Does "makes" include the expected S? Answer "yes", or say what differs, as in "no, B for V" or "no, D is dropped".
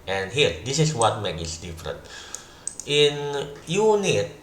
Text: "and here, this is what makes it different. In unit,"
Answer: no, S is dropped